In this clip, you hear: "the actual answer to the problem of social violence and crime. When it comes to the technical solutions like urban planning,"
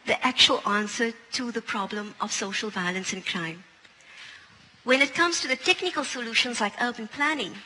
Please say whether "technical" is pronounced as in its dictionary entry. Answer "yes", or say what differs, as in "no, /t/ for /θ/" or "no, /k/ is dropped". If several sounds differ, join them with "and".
yes